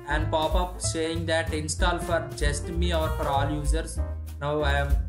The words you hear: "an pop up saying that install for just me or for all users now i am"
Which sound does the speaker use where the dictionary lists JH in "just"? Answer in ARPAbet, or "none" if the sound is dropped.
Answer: JH